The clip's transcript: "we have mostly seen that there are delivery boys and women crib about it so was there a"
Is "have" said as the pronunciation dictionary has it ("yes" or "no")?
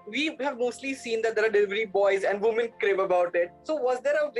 yes